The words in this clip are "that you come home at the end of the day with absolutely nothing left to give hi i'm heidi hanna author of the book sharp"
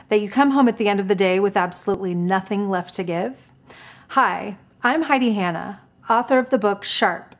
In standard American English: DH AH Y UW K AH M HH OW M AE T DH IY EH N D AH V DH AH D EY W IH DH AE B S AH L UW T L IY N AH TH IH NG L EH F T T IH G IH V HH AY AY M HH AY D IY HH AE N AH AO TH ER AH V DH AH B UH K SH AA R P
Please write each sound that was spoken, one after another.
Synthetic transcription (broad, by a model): DH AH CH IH K AH M HH OW M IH T DH IY EH N D AH V DH AH D EY W IH DH AE B S AH L UW T L IY N AH TH IH NG L EH F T T IH G IH V HH AY AY M HH AY D IY HH AE N AH AO TH ER AH V DH AH B UH K SH AA R P